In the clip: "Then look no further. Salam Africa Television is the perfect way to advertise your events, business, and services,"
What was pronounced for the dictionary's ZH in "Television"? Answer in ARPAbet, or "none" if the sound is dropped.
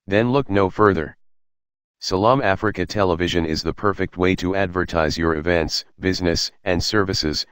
ZH